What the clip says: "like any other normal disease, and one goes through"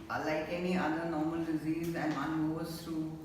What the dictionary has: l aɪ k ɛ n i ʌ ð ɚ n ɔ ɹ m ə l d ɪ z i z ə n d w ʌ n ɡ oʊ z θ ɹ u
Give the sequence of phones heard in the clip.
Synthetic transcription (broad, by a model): l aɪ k ɛ n i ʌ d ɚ n ɔ ɹ m ə l d ɪ z i z ə n d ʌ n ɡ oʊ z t ɹ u